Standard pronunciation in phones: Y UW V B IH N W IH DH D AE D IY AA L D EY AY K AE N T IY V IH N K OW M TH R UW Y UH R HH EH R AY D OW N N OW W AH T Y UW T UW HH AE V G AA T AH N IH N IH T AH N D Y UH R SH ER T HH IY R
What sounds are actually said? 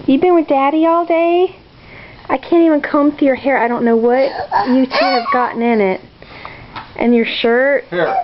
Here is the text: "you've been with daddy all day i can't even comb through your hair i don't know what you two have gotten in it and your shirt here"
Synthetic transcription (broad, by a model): Y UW V B IH N W IH DH D AE D IY AA L D EY AY K AE N T IY V IH N K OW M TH UW Y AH R HH EH R AY D OW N N OW W AH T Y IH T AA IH V G AA T N IH N IH T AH N Y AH R SH ER T